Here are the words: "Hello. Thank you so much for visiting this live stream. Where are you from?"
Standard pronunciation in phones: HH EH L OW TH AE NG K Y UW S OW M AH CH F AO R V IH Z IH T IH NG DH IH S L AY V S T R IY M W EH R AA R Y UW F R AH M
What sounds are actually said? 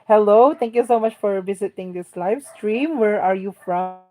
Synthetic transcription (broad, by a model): HH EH L OW T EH NG K Y UW S OW M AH CH F AO R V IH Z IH T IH NG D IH S L AY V S T R IY M W EH R AA R Y UW F R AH